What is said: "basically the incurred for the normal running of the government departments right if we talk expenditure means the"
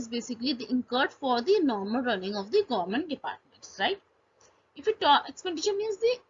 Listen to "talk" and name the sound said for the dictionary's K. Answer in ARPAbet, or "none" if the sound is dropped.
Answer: none